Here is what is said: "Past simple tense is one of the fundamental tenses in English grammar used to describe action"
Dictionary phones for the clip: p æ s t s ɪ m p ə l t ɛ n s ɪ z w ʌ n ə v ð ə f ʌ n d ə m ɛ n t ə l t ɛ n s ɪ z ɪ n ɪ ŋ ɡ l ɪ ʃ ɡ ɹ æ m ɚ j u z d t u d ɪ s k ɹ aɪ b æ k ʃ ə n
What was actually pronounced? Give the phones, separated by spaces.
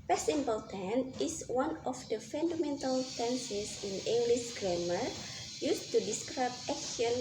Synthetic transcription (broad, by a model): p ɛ s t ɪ m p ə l t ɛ n ɪ s w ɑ n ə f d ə f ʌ n d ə m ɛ n t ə l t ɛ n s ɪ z ɪ n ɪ ŋ ɡ l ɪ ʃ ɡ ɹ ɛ m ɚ j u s t u d ɪ s k ɹ aɪ b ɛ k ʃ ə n